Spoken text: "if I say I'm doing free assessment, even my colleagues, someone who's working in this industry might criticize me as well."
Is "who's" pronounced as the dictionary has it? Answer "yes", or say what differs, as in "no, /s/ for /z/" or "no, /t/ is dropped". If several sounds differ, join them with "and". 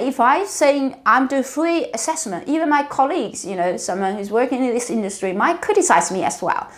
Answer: yes